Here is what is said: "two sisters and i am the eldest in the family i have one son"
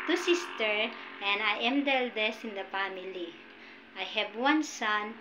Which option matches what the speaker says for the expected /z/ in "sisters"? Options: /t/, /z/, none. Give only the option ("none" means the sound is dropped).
none